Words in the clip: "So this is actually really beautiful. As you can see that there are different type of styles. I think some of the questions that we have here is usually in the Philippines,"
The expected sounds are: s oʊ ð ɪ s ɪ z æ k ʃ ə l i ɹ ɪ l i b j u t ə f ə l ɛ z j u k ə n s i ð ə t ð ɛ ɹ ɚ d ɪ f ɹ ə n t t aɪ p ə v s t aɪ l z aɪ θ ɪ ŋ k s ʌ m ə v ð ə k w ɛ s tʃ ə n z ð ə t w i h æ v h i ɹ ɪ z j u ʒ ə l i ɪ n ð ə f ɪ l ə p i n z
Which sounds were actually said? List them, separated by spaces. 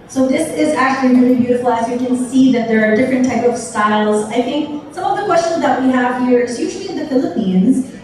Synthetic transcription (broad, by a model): s oʊ ð ɪ s ɪ z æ k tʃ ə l i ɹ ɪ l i b j u t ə f l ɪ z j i k ə n s i ð ə t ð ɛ ɹ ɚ d ɪ f ɹ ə n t t aɪ p ə v s t aɪ l z aɪ θ ɪ ŋ k s ʌ m ə v ð ə k w ɛ s tʃ ə n z ð ə t w i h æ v h i ɹ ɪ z j u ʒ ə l i ɪ n ð ə f ɪ l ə p i n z